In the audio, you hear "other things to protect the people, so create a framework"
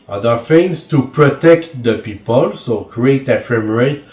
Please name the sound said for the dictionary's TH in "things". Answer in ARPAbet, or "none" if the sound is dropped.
F